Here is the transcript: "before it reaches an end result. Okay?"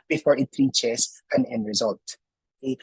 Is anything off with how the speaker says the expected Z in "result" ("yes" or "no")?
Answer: no